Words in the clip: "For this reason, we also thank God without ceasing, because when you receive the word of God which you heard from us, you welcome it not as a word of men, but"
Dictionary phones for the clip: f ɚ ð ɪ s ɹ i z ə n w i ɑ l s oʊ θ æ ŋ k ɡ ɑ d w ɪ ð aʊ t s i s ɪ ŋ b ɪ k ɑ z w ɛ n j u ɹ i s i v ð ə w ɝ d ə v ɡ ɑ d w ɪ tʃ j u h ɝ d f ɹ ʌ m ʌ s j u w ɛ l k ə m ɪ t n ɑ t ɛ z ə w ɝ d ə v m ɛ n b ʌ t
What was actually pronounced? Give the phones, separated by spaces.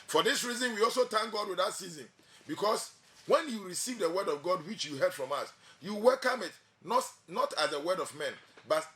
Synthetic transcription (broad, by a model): f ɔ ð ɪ s ɹ i z ə n w i ɑ l s oʊ t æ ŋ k ɡ ɑ d w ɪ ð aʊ t s i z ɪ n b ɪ k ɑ s w ɛ n j u ɹ i s i v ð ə w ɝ d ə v ɡ ɑ d w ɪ tʃ j u h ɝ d f ɹ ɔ m ʌ s j u w ɛ l k ə m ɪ t n ɑ t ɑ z ə w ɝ d ə v m ɛ n b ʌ t